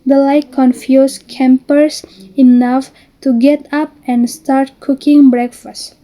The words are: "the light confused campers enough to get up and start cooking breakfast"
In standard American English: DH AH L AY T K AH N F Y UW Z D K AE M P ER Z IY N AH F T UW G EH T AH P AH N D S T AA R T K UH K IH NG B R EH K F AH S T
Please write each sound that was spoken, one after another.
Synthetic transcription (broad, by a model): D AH L AY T K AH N F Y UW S K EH M P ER S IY N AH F T UW G EH T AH P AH N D S T AA R T K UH K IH NG B R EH K F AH S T